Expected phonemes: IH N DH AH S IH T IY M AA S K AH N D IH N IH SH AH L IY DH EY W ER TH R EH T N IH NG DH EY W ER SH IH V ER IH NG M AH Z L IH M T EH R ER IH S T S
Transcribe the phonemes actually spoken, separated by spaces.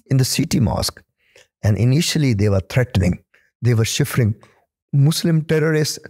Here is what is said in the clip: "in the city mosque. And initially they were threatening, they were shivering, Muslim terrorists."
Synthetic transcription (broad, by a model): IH N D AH S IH T IY M AA S K AH N D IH N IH SH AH L IY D EY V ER T R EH T N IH NG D EY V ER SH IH F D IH NG M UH S L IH M T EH R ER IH S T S